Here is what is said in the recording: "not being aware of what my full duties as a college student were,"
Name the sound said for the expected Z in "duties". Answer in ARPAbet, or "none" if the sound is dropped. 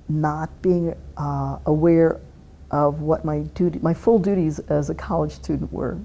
Z